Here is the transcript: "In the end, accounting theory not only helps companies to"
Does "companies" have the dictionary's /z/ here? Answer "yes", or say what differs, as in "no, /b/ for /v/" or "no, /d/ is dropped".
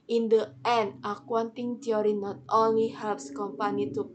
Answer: no, /z/ is dropped